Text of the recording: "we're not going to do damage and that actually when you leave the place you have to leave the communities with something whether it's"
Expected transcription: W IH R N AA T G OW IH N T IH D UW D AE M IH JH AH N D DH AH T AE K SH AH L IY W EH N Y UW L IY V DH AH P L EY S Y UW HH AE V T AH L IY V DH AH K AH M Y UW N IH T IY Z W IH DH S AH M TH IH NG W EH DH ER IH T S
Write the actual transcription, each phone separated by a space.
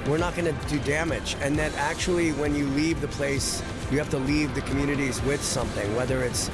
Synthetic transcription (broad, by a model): W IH R N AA T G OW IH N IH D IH D AE M IH JH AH N DH AH T AE K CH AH L IY W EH N Y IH L IY V DH AH P L EY S Y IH HH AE F T AH L IY V DH AH K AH M Y UW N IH T IY Z W IH DH S AH M TH IH NG W EH DH ER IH T S